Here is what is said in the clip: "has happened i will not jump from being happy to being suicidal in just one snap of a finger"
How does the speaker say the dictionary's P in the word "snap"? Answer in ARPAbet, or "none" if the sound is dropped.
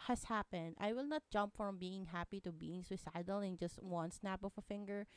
P